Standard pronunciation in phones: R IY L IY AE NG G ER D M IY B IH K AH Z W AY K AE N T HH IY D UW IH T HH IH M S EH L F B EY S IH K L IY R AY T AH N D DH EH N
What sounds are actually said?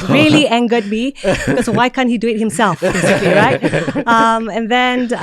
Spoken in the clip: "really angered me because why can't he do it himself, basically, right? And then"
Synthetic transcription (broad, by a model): R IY L IY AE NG G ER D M IY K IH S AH W AY K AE N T HH IY D UW IH T HH IH M S EH L F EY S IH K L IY R AY T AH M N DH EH N